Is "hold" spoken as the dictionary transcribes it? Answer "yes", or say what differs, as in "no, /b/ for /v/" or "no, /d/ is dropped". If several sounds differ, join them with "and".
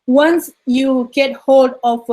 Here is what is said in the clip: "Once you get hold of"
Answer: yes